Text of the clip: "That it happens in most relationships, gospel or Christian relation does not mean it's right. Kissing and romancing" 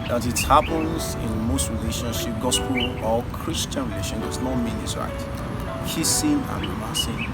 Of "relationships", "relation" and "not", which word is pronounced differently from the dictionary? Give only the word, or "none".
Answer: relationships